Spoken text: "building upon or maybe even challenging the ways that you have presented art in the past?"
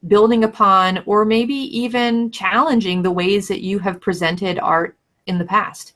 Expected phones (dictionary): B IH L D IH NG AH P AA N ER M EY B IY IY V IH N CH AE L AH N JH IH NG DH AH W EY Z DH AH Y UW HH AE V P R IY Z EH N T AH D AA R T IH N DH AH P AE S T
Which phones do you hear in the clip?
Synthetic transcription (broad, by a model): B IH L D IH NG AH P AA N ER M EY B IY IY V IH N CH AE L AH N JH IH NG DH AH W EY Z DH AH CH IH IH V P R IY Z EH N T AH D AA R T IH N DH AH P AE S T